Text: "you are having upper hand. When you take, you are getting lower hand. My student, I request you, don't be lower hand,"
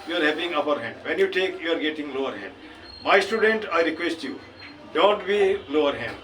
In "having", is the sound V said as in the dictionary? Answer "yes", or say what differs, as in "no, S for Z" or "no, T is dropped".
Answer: no, P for V